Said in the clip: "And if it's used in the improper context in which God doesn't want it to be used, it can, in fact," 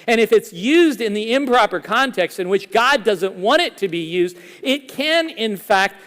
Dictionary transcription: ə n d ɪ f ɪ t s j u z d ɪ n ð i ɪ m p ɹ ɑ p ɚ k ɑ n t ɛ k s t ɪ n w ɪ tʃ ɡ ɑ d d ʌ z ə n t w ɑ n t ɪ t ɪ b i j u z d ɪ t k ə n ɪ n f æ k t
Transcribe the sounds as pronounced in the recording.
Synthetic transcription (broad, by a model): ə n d ɪ f ɪ t s j u z d ɪ n ð i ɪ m p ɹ ɑ p ɚ k ɑ n t ɛ k s t ɪ n w ɪ tʃ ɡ ɑ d d ʌ z ə n t w ɑ t ɪ t ɪ b i j u z d ɪ t k ə n ɪ n f æ k t